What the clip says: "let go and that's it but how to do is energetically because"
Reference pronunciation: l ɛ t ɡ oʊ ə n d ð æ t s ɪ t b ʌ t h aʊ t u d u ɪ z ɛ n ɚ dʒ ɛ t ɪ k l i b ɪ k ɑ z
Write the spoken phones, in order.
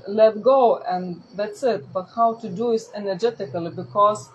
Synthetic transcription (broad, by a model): l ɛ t ɡ oʊ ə n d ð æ t s ɪ t b ʌ t h aʊ t u d u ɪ s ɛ n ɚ dʒ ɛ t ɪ k l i b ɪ k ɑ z